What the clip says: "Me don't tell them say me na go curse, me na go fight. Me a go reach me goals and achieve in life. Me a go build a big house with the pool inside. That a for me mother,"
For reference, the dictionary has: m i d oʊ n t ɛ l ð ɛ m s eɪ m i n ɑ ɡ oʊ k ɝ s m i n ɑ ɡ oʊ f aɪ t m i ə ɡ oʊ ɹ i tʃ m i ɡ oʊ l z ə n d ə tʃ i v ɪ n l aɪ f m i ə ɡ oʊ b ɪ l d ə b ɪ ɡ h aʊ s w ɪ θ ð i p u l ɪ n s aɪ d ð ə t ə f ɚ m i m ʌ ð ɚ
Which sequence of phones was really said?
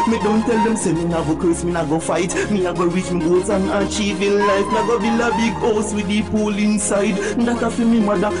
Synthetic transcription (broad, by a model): m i d oʊ n t ɛ l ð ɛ m s eɪ m i n ɑ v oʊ k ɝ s m i n ɑ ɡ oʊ f aɪ t m i ə ɡ oʊ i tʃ m i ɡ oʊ z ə n ə tʃ i v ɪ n l aɪ f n ə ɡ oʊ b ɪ l ə b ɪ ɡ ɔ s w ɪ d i p u l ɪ n s aɪ d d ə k ə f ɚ m i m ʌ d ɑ